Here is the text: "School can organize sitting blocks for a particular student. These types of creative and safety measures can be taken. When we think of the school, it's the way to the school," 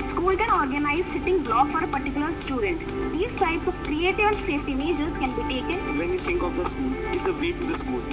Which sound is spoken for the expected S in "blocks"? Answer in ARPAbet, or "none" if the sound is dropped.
none